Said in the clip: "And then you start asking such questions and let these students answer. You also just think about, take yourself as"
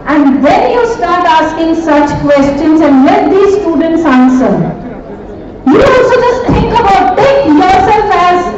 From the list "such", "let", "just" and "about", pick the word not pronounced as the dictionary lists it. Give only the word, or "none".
none